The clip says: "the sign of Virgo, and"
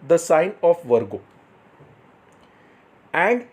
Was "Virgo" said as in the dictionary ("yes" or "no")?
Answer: yes